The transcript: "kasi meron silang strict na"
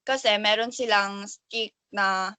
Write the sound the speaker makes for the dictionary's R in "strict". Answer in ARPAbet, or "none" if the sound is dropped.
none